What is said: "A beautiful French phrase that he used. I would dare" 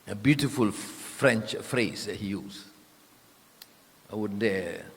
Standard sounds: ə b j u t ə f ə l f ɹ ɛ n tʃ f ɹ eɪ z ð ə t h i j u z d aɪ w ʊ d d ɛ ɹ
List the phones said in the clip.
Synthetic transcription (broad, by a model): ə b j u t ə f ə l f ɹ ɛ n tʃ f ɹ eɪ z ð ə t h i j u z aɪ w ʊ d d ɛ